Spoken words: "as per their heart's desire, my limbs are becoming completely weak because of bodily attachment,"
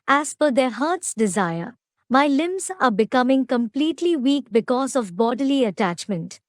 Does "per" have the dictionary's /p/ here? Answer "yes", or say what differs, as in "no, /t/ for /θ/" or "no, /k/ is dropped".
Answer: no, /f/ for /p/